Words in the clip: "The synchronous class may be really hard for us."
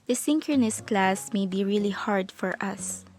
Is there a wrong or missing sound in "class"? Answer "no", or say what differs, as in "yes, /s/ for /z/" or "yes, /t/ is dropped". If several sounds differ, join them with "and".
no